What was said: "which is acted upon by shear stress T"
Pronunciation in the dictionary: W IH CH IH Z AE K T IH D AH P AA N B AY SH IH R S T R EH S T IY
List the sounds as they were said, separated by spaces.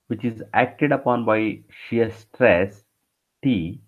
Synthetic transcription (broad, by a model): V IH CH IH Z AE K T IH D AH P AA N B AY SH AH R S T R EH S T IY